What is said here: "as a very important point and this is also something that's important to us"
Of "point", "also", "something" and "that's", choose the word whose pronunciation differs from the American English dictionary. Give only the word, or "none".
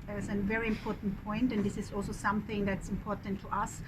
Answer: none